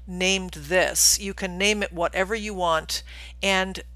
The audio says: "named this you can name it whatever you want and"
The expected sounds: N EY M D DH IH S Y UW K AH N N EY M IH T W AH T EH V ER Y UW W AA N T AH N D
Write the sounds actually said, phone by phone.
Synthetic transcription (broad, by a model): N EY M DH IH S Y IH K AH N N EY M IH T W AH T EH V ER Y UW W AA N T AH N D